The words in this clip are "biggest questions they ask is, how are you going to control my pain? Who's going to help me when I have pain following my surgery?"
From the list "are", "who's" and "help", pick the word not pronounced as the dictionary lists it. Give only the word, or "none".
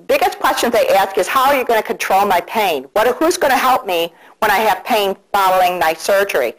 none